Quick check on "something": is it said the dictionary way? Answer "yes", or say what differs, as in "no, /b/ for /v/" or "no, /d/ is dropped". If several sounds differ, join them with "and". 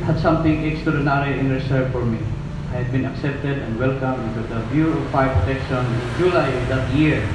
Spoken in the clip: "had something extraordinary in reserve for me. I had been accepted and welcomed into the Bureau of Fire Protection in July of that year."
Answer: no, /t/ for /θ/